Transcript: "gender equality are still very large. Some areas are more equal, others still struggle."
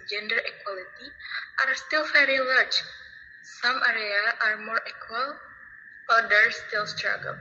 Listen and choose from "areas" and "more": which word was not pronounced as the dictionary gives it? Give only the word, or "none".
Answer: areas